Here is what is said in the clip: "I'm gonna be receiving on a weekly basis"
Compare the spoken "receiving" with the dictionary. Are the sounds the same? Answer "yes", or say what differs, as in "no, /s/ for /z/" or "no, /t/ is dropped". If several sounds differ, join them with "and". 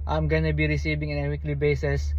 no, /b/ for /v/